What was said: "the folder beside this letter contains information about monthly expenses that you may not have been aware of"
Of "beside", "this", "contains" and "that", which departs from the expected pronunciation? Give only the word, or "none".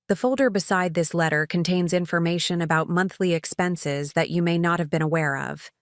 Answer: none